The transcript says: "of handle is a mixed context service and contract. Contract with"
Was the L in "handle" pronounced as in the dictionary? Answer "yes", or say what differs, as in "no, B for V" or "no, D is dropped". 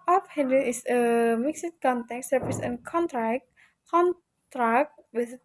no, N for L